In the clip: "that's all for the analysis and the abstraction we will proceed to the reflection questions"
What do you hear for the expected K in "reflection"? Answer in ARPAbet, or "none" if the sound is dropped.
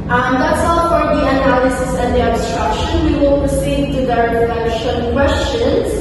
none